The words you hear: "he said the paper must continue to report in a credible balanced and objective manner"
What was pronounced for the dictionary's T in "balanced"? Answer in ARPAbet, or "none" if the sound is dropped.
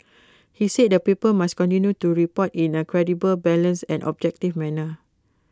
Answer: none